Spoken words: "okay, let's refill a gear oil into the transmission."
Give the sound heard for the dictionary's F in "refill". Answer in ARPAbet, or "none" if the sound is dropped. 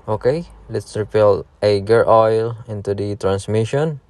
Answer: P